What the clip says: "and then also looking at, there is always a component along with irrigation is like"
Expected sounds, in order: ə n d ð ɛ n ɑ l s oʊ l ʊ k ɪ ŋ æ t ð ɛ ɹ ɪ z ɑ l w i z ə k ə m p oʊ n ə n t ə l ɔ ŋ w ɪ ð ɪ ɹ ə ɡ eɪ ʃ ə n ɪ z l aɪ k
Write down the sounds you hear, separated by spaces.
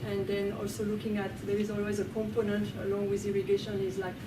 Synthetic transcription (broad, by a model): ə n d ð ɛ n ɑ l s oʊ l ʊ k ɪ ŋ æ t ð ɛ ɹ ɪ z ɑ l w i z ə k ə m p oʊ n ə n t ə l ɔ ŋ w ɪ ð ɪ ɹ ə ɡ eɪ ʃ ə n ɪ z l aɪ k